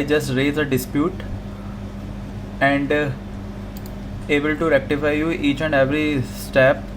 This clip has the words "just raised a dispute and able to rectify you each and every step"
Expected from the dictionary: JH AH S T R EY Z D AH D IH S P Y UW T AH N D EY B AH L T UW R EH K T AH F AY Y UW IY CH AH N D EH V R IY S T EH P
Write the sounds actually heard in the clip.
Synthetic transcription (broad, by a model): JH AH S T R EY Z AH D IH S P Y UW T AH N D EY B AH L T UW R EH K T AH F AY Y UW IY CH AH N D EH V R IY S T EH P